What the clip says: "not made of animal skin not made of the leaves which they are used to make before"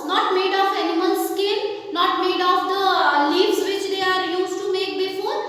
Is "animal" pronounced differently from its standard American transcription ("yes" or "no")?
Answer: yes